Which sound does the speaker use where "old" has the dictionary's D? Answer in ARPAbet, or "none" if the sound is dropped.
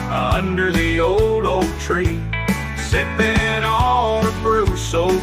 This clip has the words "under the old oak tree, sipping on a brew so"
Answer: D